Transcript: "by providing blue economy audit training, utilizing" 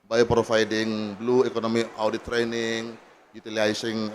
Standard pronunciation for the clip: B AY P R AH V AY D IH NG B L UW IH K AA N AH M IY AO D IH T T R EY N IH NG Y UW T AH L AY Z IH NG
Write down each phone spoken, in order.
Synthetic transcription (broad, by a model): B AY P R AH F AY D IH NG B L UW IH K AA N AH M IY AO D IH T T R EY N IH NG Y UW T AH L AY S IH NG